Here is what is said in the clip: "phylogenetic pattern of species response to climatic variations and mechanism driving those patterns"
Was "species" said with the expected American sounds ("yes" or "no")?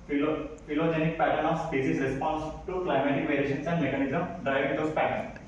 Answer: no